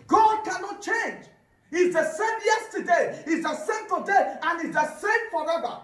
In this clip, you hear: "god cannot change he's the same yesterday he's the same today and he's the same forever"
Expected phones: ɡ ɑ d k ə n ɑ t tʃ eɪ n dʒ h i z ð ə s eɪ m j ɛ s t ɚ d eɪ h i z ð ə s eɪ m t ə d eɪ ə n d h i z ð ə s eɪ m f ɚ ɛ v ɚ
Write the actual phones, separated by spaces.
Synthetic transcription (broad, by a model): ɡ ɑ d k ə n ɑ t tʃ eɪ n dʒ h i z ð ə s eɪ m j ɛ s t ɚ d eɪ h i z ð ə s eɪ m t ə d eɪ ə n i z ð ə s eɪ m f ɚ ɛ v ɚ